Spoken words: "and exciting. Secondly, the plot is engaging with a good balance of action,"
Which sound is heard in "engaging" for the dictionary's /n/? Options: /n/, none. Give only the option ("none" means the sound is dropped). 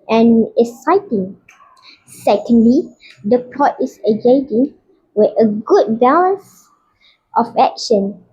none